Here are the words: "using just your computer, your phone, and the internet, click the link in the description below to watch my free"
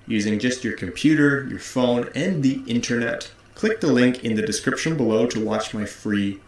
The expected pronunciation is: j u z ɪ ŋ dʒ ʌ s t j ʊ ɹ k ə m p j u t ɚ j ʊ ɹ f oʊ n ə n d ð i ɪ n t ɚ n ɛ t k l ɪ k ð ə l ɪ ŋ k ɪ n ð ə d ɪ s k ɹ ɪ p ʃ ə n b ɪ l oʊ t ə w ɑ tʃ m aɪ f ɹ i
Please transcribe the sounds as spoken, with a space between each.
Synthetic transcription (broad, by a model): j u z ɪ ŋ dʒ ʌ s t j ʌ ɹ k ə m p j u t ɚ j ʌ ɹ f oʊ n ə n ð i ɪ n t ɚ n ɛ t k l ɪ k ð ə l ɪ ŋ k ɪ n ð ə d ɪ s k ɹ ɪ p ʃ ə n b ɪ l oʊ t ə w ɑ tʃ m aɪ f ɹ i